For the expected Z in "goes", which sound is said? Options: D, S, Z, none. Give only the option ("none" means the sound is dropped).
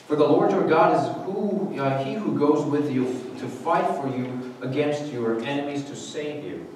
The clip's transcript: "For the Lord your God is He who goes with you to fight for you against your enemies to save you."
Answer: Z